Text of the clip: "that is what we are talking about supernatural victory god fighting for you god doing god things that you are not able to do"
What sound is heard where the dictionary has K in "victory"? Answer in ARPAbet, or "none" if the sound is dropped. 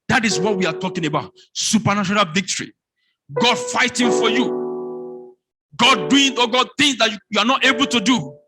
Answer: K